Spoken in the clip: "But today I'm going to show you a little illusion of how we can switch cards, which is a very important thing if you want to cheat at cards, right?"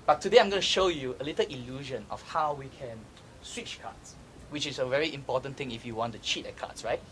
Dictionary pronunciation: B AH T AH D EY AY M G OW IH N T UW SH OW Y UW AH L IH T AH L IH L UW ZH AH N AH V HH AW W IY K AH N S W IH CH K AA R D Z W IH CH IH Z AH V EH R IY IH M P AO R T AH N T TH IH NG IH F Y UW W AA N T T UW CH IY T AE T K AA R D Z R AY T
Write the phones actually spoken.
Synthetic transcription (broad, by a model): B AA T AH D EY AY M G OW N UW SH OW Y UW AH L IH T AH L IH L UW ZH AH N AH F HH AW W IY K AH N S W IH CH K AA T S W IH CH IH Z AH V EH R IY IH M P AO T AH N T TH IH NG IH F Y UW W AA N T T UW CH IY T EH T K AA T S R AY T